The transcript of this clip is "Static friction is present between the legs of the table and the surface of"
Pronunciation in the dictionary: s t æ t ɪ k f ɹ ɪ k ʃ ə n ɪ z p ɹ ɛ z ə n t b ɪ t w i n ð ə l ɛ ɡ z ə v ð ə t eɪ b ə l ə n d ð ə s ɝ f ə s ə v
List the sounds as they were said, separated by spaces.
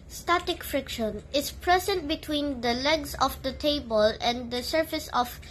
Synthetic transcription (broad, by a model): s t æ t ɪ k f ɹ ɪ k ʃ ə n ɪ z p ɹ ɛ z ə n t b ɪ t w i n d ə l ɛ ɡ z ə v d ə t eɪ b ə l ə n d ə s ɝ f ə s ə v